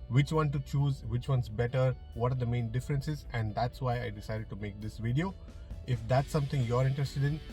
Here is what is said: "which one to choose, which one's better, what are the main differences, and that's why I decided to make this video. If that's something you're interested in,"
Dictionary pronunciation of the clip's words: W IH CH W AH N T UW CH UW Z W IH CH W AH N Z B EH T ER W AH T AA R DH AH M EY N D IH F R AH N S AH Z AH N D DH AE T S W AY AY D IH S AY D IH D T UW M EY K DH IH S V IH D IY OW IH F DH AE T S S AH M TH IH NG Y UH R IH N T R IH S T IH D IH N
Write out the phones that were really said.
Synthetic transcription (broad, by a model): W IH CH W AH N T UW CH UW Z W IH CH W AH N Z B EH T ER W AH T AA R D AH M EY N D IH F R AH N S AH Z AH N D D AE T S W AY AY D IH S AY D IH D T UW M EY K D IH S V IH D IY OW IH F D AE T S S AH M T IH NG Y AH R IH N T R IH S T IH D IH N